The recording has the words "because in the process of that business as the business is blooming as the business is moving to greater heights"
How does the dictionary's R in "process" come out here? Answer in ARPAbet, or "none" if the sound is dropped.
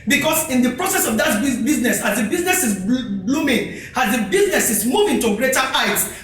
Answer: R